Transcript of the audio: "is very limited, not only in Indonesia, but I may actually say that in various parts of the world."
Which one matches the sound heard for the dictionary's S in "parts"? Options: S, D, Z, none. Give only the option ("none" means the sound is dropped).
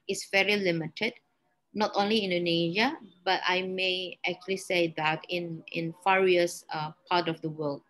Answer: none